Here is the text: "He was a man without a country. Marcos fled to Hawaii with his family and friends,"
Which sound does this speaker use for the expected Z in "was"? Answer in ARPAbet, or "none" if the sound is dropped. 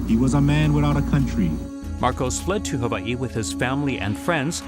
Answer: Z